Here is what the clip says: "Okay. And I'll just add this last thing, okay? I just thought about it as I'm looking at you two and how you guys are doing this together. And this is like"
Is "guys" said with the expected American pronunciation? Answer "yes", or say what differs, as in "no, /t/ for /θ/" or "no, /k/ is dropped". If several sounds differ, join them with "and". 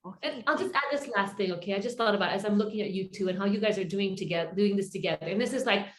yes